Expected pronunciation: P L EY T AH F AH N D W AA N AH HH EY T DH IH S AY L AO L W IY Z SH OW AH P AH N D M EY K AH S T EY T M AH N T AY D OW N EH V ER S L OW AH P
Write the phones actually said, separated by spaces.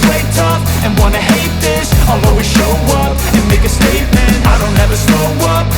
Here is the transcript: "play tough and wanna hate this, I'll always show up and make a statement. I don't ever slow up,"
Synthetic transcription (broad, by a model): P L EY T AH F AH N W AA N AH HH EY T DH IH S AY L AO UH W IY SH OW AH P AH N M EY K AH S T EY T M AH N T AY D OW N EH V ER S OW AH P